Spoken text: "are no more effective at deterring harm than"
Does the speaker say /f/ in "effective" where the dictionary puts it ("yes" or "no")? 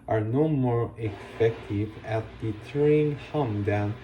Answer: no